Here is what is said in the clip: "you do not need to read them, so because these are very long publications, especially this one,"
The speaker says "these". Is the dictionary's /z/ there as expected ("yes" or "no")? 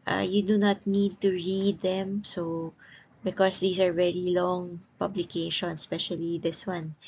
no